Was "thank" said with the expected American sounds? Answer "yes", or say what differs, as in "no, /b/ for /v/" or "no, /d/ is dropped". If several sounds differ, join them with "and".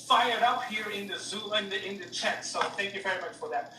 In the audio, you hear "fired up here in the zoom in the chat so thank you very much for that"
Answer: yes